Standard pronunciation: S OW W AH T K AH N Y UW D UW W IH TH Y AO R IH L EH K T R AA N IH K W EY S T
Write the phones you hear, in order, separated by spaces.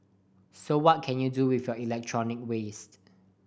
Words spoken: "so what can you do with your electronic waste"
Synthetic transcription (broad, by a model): S OW W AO T K AH N Y UW D UW W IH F Y AO IH L EH K T R AA N IH K W EY S T